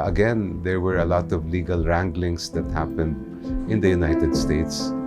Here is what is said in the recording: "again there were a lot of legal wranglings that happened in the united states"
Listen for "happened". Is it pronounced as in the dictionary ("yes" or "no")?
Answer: yes